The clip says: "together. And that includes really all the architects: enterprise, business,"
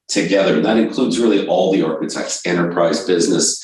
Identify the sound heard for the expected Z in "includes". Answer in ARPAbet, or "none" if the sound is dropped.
Z